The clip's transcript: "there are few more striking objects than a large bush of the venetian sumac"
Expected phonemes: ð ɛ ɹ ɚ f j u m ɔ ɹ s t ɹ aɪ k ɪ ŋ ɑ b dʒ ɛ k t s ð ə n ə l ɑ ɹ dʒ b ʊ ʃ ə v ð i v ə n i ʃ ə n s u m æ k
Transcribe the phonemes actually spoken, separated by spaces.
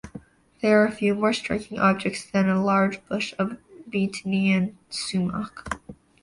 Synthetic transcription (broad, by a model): ð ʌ ɹ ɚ f j u m ɔ ɹ s t ɹ aɪ k ɪ ŋ ɑ b dʒ ɛ k t s ð ə n ə l ɑ ɹ dʒ b ʊ ʃ ə v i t n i ə n s u m æ k